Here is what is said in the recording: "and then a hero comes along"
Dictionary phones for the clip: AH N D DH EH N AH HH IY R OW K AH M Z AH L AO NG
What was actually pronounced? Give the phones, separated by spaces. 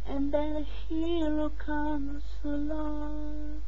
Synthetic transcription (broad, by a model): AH N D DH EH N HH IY L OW K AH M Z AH L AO